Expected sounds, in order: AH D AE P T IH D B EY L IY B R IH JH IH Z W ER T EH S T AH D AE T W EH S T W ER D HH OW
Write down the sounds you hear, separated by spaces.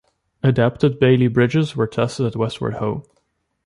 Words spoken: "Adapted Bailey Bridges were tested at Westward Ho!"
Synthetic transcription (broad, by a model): AH D AE P T IH D B EY L IY B R IH JH IH Z W ER T EH S T AH D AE T W EH S T W ER D HH OW